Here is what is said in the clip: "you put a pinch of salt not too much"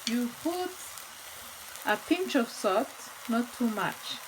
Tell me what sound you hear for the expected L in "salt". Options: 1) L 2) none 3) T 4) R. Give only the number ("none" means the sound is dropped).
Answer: 2